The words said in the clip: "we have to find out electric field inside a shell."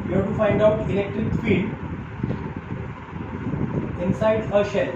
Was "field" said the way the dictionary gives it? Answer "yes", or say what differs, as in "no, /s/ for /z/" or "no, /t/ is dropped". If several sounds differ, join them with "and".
no, /d/ is dropped